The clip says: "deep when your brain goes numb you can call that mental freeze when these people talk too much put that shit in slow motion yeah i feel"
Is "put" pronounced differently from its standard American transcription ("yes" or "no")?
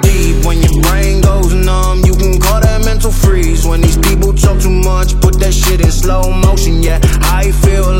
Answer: no